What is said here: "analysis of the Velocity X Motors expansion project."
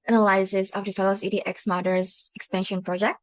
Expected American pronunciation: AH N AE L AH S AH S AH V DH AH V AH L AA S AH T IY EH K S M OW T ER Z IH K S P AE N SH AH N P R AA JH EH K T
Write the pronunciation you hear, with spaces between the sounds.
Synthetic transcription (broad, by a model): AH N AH L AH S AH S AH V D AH F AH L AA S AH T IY EH K S M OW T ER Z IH K S P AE N SH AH N P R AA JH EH K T